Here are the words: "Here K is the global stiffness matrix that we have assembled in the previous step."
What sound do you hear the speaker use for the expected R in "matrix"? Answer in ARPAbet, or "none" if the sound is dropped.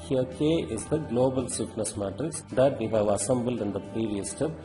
none